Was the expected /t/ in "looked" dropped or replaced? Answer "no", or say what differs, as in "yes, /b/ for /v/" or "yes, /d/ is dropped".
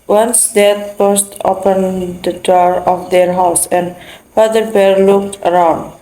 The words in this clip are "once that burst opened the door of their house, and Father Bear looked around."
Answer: no